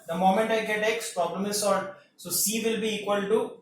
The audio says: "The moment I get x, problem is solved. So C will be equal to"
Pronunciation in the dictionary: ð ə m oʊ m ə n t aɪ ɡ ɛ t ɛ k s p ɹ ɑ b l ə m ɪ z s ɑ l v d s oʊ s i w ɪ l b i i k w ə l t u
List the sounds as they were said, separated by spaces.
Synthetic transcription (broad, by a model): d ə m oʊ m ə n t aɪ ɡ ɛ t ɛ k s p ɹ ɑ b l ə m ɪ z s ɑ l d s oʊ s i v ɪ l b i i k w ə l t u